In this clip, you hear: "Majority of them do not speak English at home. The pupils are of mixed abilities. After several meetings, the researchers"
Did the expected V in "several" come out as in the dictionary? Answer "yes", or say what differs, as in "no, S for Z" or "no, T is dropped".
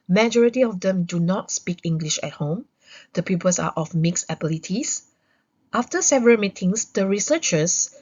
yes